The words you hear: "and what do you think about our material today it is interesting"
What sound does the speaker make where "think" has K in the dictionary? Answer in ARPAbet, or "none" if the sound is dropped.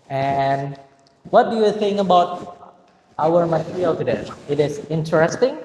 none